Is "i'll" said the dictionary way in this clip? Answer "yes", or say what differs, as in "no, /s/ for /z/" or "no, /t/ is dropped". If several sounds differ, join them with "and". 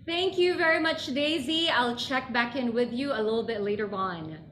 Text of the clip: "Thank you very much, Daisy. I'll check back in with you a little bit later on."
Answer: yes